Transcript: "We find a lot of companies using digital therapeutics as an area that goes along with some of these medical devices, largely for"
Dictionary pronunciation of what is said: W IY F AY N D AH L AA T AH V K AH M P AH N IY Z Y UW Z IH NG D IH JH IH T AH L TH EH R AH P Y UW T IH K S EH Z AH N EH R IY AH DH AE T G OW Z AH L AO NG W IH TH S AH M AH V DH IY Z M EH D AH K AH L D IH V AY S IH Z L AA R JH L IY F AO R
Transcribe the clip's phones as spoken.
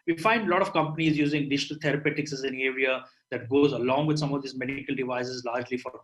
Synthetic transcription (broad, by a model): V IY F AY N D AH L AA T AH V K AH M P AH N IY Z Y UW Z IH NG D IH JH IH T AH L T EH R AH P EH T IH K S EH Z AH N EH R IY AH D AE T G OW Z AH L AO NG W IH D S AH M AH V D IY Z M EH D K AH L D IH V AY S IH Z L AA R JH L IY F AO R